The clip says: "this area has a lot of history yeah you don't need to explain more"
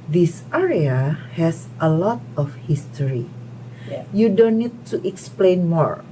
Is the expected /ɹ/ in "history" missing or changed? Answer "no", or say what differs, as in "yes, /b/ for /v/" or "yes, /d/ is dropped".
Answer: yes, /ɹ/ is dropped